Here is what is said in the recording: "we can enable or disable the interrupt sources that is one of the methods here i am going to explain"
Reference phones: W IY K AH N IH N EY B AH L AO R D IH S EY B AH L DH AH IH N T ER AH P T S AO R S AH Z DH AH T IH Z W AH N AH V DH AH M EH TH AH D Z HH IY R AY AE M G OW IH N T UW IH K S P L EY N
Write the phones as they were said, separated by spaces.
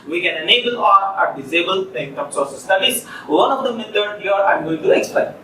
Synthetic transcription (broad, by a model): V IY K AH N IH N EY B AH L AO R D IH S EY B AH L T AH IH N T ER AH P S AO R S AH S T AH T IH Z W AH N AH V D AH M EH T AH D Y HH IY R AY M G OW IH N T UW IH K S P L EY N